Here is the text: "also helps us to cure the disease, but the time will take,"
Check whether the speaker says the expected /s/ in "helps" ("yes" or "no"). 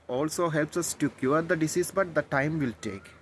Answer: yes